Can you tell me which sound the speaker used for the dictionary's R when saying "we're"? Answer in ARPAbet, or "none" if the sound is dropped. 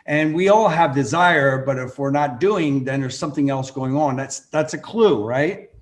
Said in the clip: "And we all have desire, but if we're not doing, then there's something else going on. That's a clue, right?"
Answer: R